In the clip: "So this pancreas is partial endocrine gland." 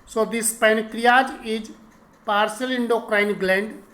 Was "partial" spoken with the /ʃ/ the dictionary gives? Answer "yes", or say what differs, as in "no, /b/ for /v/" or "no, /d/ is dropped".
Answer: no, /s/ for /ʃ/